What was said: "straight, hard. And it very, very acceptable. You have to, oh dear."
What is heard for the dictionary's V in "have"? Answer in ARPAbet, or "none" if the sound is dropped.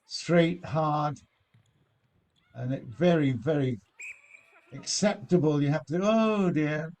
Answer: F